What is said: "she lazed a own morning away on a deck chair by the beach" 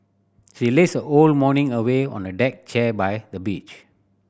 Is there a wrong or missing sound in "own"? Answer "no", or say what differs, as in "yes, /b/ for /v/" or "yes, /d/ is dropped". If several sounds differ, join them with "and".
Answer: yes, /l/ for /n/